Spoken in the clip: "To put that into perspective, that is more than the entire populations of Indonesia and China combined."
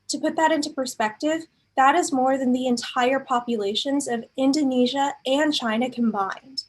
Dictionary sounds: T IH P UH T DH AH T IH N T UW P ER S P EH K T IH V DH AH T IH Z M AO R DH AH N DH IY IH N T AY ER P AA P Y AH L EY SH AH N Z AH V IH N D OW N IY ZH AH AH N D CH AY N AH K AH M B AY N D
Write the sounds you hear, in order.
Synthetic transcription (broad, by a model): T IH P UH T DH AH T IH N T UW P ER S P EH K T IH V DH AH T IH Z M AO R DH AH N DH IY IH N T AY ER P AA P Y AH L EY SH AH N Z AH V IH N D OW N IY ZH AH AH N CH AY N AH K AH M B AY N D